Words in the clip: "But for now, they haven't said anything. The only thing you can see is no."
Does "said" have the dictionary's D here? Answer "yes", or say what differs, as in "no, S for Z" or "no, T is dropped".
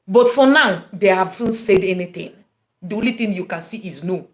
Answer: yes